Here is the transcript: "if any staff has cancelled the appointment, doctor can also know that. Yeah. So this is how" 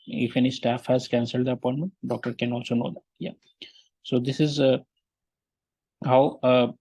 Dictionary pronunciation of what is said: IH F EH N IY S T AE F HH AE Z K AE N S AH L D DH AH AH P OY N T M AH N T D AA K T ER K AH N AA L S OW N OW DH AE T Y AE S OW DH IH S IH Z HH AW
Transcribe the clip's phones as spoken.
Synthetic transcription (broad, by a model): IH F EH N IY S T AE F HH AE Z K AE N S AH L D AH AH P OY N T M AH N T D AA K T ER K AH N AA L S OW N OW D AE T Y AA S OW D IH S IH Z HH AW